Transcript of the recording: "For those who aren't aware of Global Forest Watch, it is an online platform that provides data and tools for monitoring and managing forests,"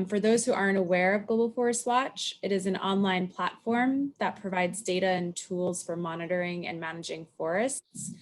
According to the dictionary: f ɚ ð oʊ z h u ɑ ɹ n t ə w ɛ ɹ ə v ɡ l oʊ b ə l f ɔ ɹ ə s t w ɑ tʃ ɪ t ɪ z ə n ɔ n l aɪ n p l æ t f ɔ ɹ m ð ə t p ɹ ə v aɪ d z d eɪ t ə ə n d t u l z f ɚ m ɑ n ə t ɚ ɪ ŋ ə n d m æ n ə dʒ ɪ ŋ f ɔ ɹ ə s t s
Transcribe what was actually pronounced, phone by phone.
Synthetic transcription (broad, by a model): f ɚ ð oʊ z h u ɑ ɹ n t ə w ɛ ɹ ə v ɡ oʊ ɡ l f ɔ ɹ ə s t w ɑ tʃ ɪ t ɪ z n ɔ n l aɪ n p l æ t f ɔ ɹ m ð ə t p ɹ ə v aɪ d z d eɪ t ə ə n t u l z f ɚ m ɑ n ə t ɚ ɪ ŋ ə n m æ n ə dʒ ɪ ŋ f ɔ ɹ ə s t s